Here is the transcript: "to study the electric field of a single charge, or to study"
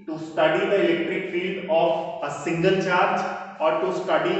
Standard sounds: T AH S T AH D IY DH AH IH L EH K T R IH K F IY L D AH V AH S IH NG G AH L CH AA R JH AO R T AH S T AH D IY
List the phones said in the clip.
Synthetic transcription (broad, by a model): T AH S T AH D IY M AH IH L EH K T R IH K F IY L D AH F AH S IH NG G AH L CH AA R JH AO R T AH S T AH D IY